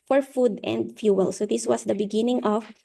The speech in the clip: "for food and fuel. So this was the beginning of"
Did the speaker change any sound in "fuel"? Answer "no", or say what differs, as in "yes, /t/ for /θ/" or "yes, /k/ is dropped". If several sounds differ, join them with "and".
no